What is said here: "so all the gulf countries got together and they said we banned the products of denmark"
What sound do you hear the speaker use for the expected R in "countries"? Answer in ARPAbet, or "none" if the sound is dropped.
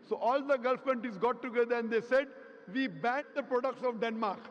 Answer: none